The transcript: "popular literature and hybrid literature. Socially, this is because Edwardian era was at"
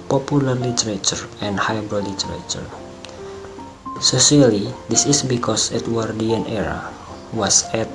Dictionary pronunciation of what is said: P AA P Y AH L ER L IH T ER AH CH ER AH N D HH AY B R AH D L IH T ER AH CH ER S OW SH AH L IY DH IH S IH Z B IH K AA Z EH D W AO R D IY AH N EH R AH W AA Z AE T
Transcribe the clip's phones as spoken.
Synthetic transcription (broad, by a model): P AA P Y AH L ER L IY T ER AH CH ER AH N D HH AY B R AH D L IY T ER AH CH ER S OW S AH L IY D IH S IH S B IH K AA S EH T W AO R D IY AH N EH R AH W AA S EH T